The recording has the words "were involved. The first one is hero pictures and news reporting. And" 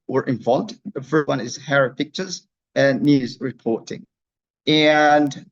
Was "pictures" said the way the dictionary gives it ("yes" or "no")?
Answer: yes